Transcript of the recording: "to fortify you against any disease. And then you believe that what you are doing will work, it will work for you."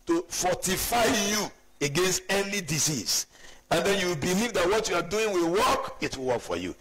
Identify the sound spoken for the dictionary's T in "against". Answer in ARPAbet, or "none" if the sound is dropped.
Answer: T